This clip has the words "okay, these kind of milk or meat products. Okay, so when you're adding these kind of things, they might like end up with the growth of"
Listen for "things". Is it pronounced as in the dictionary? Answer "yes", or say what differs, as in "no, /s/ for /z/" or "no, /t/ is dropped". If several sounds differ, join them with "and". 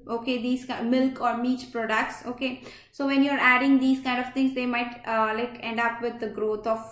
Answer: no, /t/ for /θ/